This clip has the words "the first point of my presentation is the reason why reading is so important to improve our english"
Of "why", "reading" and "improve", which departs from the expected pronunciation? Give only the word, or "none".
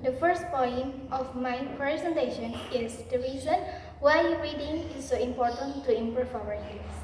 improve